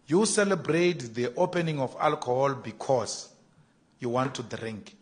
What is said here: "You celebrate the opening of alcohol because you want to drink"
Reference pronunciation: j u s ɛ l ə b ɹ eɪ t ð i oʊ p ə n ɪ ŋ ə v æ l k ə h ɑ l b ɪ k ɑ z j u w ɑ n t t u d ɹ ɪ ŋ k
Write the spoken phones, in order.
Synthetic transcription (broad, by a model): j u s ɛ l ə b ɹ eɪ t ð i oʊ p ə n ɪ ŋ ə f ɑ l k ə h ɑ l b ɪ k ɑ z j u w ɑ n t t u d ɹ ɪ ŋ k